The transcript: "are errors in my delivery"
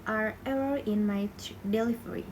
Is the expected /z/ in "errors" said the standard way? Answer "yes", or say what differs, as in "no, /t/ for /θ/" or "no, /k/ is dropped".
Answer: no, /z/ is dropped